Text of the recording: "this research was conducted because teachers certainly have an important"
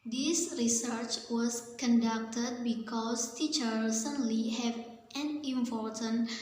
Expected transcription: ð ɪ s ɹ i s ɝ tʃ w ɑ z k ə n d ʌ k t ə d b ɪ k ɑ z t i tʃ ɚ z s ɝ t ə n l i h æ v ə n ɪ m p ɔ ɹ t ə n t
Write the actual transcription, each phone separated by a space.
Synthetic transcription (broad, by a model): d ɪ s ɹ i s ɝ tʃ w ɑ s k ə n d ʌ k t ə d b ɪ k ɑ s t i tʃ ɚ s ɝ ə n l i h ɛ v ə n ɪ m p ɔ ɹ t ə n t